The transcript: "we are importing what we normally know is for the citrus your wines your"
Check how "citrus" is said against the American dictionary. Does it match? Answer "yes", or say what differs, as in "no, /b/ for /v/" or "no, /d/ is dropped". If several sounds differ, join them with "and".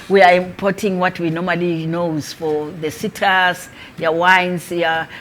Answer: no, /ɹ/ is dropped